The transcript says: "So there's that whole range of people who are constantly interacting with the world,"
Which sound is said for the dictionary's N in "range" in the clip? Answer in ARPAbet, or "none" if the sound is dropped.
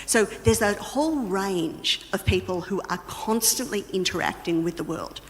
N